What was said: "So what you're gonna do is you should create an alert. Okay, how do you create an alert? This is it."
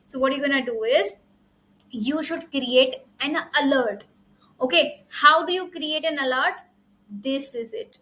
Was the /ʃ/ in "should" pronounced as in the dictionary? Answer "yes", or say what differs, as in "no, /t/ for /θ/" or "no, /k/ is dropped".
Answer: yes